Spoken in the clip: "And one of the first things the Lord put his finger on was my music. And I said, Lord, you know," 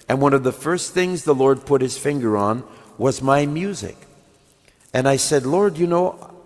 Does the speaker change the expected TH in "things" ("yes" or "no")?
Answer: no